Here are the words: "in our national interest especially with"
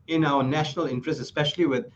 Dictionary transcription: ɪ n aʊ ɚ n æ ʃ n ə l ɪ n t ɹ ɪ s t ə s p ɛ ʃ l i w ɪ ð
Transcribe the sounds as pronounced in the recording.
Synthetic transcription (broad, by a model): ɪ n aʊ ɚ n æ ʃ n ə l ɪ n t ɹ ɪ s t ə s p ɛ ʃ l i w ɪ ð